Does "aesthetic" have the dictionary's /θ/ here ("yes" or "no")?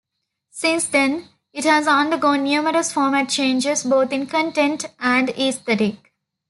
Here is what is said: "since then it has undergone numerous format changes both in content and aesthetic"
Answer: no